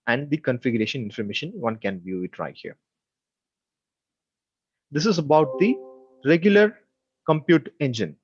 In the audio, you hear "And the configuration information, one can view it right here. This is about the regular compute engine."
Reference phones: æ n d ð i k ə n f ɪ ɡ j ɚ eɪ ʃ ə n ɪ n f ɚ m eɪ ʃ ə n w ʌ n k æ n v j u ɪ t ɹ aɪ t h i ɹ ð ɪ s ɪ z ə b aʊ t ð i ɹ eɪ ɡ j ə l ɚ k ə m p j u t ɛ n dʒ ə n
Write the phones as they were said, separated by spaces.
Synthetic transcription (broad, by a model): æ n d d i k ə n f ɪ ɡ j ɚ eɪ ʃ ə n ɪ n f ɚ m eɪ ʃ ə n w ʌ n k æ n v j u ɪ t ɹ aɪ h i ɹ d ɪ s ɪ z ə b aʊ t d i ɹ eɪ ɡ j ə l ɚ k ə m p j u t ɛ n dʒ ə n